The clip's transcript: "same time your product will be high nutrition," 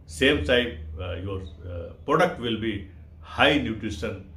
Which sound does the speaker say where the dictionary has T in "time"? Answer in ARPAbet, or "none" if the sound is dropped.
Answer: S